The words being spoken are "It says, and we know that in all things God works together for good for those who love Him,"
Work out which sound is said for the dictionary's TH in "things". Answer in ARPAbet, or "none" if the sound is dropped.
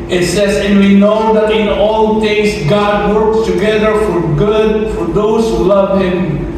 T